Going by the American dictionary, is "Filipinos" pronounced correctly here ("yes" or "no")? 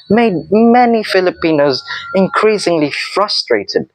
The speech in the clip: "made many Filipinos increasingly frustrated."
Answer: yes